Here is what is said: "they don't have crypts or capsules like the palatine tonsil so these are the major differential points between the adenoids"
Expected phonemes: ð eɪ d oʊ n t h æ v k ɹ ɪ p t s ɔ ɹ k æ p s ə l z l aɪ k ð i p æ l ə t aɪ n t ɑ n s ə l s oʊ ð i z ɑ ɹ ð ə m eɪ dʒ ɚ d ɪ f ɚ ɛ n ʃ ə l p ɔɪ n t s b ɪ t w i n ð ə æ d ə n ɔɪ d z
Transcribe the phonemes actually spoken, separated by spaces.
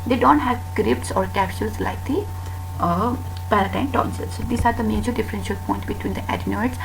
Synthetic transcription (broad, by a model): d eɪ d oʊ n t h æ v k ɹ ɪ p t s ɔ ɹ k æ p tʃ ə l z l aɪ k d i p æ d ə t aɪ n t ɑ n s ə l s oʊ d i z ɑ ɹ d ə m eɪ dʒ ɚ d ɪ f ɚ ɛ n ʃ ə l p ɔɪ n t b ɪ t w i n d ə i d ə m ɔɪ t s